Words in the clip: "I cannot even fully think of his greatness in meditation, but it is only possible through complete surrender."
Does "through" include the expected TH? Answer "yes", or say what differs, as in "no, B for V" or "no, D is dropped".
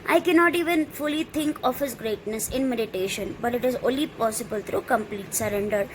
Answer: no, T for TH